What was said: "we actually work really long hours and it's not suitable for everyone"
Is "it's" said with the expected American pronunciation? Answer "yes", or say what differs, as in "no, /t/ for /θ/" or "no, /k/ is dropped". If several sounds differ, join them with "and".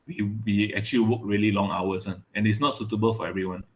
yes